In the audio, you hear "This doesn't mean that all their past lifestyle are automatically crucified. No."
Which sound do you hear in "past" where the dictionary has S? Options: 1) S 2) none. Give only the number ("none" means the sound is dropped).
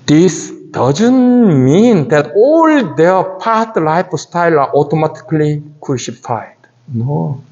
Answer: 2